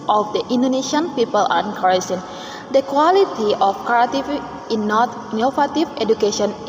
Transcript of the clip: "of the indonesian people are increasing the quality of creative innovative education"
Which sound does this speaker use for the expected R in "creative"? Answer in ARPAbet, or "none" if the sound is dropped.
none